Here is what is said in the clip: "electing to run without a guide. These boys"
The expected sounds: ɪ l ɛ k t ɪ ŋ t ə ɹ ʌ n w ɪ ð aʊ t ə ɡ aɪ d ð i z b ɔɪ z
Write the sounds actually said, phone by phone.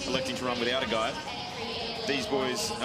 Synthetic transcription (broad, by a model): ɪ l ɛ k t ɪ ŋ t ə ɹ ʌ n w ɪ ð aʊ t ə ɡ aɪ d ð i z b ɔɪ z